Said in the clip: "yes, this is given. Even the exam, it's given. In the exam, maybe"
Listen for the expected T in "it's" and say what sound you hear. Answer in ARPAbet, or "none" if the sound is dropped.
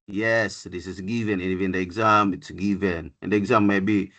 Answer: T